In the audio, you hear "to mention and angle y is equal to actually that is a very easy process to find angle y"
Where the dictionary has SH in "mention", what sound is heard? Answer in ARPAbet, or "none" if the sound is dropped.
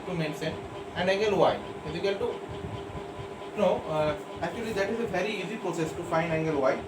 S